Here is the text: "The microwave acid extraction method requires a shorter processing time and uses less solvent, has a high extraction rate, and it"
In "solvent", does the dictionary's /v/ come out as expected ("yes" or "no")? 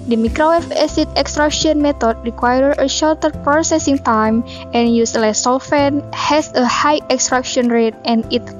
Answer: no